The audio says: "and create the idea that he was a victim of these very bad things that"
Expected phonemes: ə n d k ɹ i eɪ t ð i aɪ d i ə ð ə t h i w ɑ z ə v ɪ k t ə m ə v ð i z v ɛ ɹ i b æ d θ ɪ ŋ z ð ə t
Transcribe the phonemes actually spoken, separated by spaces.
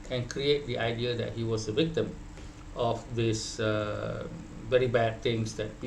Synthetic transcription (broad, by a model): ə n k ɹ i eɪ t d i aɪ d i ə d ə t h i w ɑ s ə v ɪ k t ə m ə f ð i s v ɛ ɹ i b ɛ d t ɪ ŋ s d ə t